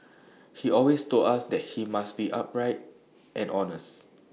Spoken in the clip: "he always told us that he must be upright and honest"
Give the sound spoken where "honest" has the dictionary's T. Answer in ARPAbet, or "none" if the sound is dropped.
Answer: T